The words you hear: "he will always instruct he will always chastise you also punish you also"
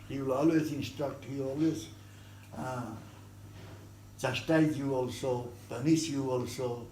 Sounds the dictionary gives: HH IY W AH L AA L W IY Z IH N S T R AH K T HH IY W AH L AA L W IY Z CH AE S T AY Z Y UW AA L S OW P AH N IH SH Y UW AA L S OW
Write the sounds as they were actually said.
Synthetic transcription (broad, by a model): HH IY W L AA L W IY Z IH N S T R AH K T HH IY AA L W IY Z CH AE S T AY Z Y UW AA L S OW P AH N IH S Y UW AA L S OW